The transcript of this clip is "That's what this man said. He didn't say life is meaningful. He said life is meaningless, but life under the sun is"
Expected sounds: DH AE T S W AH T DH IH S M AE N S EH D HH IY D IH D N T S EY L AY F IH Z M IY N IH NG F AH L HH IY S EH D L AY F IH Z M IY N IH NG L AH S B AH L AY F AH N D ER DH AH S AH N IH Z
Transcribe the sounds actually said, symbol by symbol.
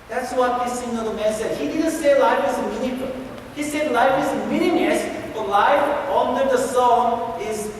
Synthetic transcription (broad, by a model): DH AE T S W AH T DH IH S M AE N S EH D HH IY D IH D N T S EY L AY F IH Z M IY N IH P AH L HH IY S EH D L AY F IH Z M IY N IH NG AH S B AH L AY F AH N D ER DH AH S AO IH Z